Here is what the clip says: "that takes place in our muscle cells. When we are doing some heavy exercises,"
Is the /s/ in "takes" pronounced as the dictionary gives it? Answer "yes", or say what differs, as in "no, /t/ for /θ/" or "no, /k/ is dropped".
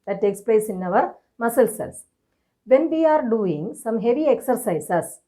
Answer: yes